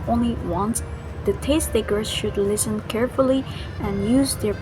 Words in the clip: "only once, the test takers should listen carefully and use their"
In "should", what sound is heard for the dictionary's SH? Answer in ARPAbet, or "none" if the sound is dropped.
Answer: SH